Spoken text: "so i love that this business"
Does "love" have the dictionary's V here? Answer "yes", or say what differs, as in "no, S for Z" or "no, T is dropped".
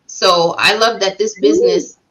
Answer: yes